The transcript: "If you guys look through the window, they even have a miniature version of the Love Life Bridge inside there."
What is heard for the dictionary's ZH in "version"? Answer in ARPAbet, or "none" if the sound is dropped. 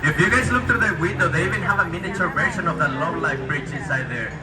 SH